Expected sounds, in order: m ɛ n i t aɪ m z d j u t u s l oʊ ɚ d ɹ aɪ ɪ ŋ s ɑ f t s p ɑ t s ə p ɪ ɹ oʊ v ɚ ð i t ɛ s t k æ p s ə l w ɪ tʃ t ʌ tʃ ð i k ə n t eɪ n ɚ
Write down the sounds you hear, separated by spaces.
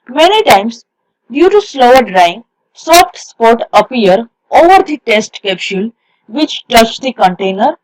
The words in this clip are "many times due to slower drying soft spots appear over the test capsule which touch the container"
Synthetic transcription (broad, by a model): m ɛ n i t aɪ m s d j u t u s l oʊ ɚ d ɹ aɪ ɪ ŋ s ɑ f t s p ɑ t ə p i ɹ oʊ v ɚ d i t ɛ s t k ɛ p ʃ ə l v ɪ tʃ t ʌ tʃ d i k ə n t eɪ n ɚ